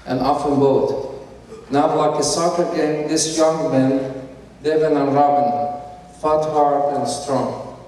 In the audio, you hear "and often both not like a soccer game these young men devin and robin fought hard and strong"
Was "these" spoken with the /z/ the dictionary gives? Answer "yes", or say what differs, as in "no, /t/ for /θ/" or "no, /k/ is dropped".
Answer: no, /s/ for /z/